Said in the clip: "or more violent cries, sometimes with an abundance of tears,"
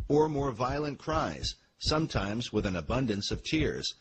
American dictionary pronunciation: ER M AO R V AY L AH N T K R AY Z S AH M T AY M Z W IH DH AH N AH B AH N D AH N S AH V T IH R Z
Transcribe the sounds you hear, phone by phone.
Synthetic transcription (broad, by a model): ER M AO R V AY L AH N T K R AY Z S AH M T AY M Z W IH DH AH N AH B AH N D AH N S AH V T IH R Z